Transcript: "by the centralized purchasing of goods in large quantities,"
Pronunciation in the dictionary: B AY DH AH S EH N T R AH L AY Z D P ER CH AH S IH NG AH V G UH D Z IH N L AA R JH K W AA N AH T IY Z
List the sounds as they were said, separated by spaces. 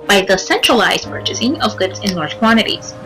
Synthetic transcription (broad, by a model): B AY DH AH S EH N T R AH L AY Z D P ER CH AH S IH NG AH V G UH D Z IH N L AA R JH K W AA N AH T IY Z